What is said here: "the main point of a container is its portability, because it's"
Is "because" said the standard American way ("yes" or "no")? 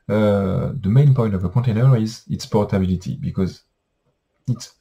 yes